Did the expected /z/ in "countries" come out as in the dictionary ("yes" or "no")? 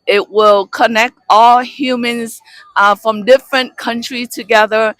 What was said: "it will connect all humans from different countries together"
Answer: no